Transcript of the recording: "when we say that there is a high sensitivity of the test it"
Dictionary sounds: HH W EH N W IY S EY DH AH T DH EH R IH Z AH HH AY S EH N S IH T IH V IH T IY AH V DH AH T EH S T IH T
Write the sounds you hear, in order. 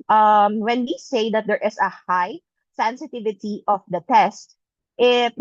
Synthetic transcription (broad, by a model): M W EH N W IY S EY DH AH T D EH R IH S AH HH AY S EH N S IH T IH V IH T IY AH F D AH T EH S T IH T